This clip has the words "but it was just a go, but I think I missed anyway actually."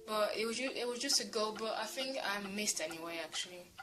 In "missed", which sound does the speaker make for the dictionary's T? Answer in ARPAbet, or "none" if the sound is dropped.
T